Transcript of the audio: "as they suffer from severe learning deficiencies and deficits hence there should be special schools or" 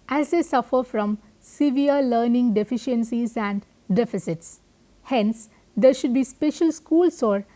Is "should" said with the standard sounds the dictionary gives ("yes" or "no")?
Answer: yes